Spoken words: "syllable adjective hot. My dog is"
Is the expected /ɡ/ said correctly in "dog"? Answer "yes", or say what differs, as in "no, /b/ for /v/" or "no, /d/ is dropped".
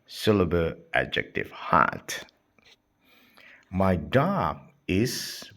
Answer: no, /ɡ/ is dropped